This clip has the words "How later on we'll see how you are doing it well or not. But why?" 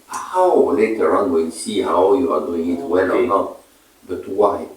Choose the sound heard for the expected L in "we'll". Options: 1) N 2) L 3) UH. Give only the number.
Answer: 1